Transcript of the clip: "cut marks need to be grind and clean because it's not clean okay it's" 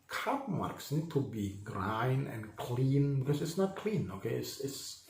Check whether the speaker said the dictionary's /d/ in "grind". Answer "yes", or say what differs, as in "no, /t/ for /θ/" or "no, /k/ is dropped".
no, /d/ is dropped